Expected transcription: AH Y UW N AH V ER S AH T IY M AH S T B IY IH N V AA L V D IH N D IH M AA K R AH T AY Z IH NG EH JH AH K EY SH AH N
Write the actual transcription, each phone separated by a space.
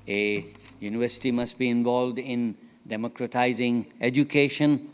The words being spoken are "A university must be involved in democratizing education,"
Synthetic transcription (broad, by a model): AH Y UW N AH V ER S AH T IY M AH S T B IY IH N V AA L V D IH N D IH M AA K R AH T AY Z IH NG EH JH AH K EY SH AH N